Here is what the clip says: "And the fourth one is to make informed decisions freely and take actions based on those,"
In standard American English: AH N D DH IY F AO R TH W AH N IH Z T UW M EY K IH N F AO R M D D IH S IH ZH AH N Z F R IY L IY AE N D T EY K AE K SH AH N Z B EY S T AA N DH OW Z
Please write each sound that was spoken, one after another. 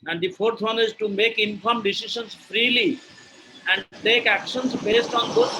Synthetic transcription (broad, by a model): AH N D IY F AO R T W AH N IH Z T UW M EY K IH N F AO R M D D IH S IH SH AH N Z F R IY L IY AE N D T EY K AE K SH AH N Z B EY S T AA N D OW